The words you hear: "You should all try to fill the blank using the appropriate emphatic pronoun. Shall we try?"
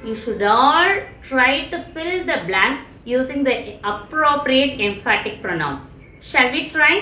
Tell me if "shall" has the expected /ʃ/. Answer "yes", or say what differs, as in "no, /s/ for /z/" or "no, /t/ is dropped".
yes